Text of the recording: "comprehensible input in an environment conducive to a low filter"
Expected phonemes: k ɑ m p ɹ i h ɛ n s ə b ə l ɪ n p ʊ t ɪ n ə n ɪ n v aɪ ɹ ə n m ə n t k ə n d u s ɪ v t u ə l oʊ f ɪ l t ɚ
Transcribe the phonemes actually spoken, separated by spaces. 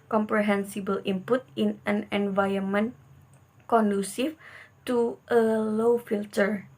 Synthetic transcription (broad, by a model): k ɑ m p ɹ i h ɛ n s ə b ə l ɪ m p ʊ t ɪ n ə n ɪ n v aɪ ə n m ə n k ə n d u s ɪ f t u ə l oʊ f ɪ l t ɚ